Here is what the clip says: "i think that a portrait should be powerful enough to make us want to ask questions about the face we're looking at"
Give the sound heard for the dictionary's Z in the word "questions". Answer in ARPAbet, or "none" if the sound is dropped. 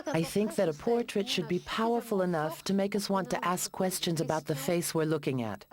Z